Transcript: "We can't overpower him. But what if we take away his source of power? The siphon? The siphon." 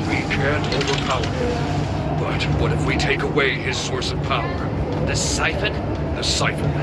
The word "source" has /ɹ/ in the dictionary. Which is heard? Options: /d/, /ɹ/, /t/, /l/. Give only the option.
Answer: /ɹ/